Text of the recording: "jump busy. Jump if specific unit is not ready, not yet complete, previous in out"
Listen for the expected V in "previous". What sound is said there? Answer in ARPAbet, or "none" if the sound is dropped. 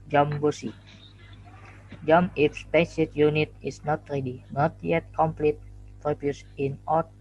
B